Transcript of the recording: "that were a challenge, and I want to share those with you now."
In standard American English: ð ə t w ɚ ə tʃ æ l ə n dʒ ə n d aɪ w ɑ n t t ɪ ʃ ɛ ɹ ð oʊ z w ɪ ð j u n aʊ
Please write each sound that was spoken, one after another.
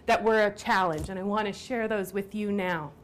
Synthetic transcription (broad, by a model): ð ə t w ɚ ə tʃ æ l ə n dʒ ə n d aɪ w ɑ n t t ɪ ʃ ɛ ɹ ð oʊ z w ɪ ð j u n aʊ